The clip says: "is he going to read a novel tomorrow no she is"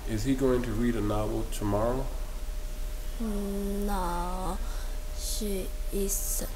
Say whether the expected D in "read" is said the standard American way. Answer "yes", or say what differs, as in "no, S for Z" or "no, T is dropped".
yes